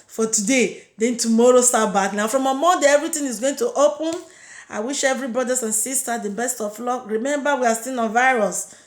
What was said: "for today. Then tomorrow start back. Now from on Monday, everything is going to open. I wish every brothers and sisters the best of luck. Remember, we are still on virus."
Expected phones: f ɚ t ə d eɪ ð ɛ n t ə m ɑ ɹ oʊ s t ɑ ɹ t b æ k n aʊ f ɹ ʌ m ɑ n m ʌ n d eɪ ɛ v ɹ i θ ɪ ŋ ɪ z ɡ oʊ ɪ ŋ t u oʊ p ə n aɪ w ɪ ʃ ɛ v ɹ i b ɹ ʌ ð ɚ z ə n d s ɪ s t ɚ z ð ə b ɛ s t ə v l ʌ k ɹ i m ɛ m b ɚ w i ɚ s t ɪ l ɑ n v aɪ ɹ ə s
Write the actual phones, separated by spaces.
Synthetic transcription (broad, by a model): f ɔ t ə d eɪ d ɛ n t ə m ɑ ɹ oʊ s t ɑ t b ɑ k n aʊ f ɹ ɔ m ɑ m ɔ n d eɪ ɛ v ɹ i t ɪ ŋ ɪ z ɡ oʊ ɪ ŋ t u oʊ p ə n aɪ w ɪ ʃ ɛ v ɹ i b ɹ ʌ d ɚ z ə n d s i s t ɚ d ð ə b ɛ s t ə f l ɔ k ɹ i m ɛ m b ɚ w i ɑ s t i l ɑ n v aɪ ɹ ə s